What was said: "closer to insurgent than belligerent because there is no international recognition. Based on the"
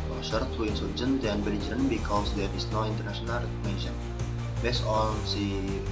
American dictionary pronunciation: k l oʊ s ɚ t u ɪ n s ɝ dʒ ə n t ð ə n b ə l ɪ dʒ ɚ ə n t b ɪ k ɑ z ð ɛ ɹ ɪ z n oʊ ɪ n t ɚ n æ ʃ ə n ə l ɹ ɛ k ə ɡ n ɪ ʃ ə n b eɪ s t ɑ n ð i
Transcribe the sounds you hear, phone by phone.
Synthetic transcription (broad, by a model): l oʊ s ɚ t u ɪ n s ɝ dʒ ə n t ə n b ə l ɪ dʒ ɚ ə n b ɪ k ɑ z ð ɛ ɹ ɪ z n oʊ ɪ n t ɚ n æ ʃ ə n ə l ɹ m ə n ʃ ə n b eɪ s ɑ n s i